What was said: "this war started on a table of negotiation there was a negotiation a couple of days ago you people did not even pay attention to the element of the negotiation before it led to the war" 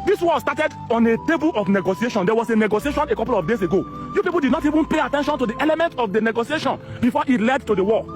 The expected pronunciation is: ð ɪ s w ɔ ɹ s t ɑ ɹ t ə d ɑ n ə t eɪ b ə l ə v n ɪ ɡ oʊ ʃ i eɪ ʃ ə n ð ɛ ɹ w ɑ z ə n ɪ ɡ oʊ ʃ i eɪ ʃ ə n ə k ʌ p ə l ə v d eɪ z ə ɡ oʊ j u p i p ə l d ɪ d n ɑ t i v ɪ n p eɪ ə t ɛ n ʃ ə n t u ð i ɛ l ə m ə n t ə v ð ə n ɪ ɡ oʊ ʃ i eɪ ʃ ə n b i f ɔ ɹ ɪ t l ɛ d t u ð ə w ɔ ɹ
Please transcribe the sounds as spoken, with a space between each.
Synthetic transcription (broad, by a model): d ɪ s w ɔ s t ɑ t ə d ɑ n ə t eɪ b ə l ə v n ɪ ɡ oʊ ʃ i eɪ ʃ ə n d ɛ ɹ w ɑ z ə n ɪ ɡ oʊ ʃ i eɪ ʃ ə n ə k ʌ p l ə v d eɪ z ə ɡ oʊ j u p i p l d ɪ d n ɑ t i v ɪ n p eɪ ə t ɛ n ʃ ə n t u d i ɛ l ə m ə n t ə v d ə n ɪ ɡ oʊ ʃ i eɪ ʃ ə n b i f ɔ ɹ ɪ t l ɛ d t u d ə w ɔ